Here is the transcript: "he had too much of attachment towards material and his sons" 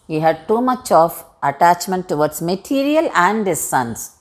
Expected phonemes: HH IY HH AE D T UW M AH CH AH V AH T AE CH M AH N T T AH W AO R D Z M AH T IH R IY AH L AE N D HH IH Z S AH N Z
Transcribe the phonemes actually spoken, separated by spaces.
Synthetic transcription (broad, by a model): HH IY HH AE D T UW M AH CH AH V AH T AE CH M AH N T T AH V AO R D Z M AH T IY R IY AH L AE N D HH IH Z S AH N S